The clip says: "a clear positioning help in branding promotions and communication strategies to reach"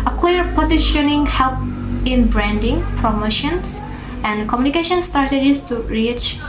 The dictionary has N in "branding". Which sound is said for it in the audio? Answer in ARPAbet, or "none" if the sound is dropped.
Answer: N